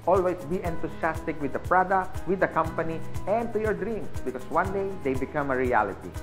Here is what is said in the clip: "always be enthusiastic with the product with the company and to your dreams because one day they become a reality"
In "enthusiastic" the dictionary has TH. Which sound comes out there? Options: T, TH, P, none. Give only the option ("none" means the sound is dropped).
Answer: T